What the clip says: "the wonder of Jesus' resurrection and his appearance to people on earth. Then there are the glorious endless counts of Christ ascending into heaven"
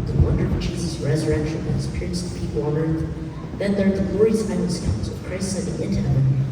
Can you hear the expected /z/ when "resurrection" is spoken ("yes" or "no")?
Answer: yes